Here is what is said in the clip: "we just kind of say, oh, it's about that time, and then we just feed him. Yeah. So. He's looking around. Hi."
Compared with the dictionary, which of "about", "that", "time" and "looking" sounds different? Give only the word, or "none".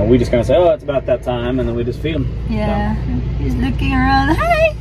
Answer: none